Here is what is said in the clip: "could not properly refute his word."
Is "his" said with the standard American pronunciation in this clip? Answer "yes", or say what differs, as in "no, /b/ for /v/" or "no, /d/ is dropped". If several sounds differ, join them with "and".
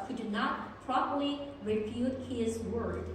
yes